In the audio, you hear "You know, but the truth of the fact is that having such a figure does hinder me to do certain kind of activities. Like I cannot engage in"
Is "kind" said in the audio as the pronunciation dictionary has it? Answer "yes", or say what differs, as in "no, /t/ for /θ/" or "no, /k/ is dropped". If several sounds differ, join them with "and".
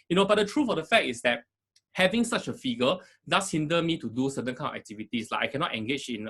no, /d/ is dropped